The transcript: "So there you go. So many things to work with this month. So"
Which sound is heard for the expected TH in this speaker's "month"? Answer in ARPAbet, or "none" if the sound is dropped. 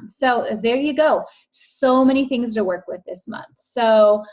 TH